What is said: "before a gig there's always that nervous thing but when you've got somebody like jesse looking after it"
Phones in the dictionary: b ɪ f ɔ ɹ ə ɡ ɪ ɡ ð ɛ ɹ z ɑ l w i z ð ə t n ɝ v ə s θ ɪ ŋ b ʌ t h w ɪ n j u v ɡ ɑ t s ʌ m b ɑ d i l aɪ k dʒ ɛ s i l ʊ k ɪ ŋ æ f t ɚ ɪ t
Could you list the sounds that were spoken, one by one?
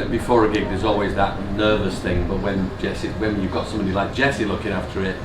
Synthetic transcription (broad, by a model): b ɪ f ɔ ɹ ə ɡ ɪ ɡ ð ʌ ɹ z ɑ l w i z ð ə t n ɝ v ə s θ ɪ ŋ b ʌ t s w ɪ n j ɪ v ɡ ɑ t s ʌ m b ɑ d i l aɪ k dʒ ɛ s i l ʊ k ɪ ŋ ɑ f t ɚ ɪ t